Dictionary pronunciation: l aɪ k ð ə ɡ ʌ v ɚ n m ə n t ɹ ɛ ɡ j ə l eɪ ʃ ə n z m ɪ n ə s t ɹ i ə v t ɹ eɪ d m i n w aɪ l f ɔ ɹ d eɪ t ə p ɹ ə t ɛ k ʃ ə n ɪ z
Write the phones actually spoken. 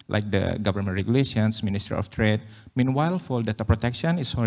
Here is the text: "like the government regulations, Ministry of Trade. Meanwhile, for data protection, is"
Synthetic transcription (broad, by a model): l aɪ k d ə ɡ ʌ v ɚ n m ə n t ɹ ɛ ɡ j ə l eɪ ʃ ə n s m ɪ n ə s t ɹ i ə f t ɹ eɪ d m i n w aɪ l f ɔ l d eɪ t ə p ɹ ə t ɛ k ʃ ə n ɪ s